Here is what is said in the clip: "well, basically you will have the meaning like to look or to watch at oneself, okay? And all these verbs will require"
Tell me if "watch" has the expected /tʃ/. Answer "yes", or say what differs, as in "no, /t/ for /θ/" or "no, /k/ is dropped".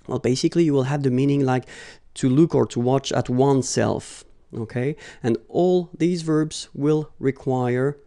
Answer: yes